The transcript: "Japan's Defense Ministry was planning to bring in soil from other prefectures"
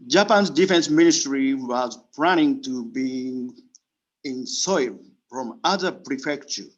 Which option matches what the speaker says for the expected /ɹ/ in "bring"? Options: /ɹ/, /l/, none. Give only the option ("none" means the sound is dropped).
none